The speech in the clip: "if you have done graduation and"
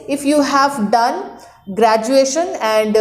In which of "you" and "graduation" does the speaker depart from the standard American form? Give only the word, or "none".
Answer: none